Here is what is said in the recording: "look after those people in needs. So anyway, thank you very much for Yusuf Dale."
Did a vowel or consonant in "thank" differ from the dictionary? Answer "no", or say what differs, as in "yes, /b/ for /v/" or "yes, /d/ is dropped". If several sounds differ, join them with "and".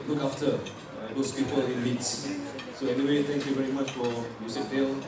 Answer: yes, /t/ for /θ/